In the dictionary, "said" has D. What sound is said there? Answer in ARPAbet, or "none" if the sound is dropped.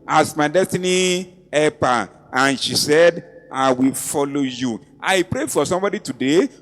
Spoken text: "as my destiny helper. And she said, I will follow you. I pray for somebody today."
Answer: D